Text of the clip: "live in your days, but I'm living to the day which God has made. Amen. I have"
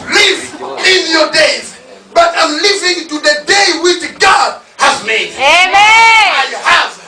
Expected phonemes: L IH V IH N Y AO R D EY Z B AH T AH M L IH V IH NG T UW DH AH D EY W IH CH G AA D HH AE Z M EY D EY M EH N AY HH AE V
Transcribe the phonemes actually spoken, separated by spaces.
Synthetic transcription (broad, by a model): L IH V IH N Y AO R D EY Z B AH T AH M L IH V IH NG T UW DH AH D EY W IH CH G AA D HH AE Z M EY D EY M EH AY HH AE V